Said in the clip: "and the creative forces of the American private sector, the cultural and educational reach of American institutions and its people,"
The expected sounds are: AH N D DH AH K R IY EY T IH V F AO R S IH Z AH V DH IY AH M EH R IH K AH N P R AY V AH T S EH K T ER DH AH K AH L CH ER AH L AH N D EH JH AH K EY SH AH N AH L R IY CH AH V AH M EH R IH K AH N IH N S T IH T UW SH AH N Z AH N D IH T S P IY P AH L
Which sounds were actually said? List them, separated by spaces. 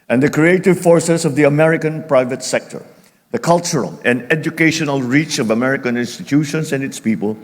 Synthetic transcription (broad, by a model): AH N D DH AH K R IY EY T IH V F AO R S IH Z AH V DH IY AH M EH R IH K AH N P R AY V AH T S EH K T ER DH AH K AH L CH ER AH L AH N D EH JH AH K EY SH AH N AH L R IY CH AH V AH M EH R IH K AH N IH N S T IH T UW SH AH N S AH N D IH T S P IY P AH L